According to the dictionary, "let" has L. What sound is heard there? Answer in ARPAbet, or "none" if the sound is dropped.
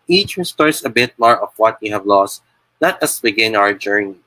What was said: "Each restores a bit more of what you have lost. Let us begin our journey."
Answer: N